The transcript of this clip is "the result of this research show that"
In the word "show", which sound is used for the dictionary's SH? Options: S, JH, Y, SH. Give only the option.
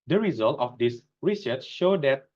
SH